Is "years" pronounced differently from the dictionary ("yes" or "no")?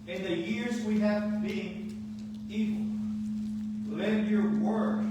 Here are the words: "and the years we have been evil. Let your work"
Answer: no